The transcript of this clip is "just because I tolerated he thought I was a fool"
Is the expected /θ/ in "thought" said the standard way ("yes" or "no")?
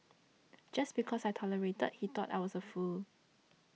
no